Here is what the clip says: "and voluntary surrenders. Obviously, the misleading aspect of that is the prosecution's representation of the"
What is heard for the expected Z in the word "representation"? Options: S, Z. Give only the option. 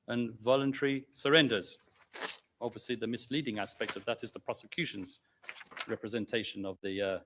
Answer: Z